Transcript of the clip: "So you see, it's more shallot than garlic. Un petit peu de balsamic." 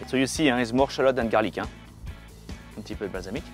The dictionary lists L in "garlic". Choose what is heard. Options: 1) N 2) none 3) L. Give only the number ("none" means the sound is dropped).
3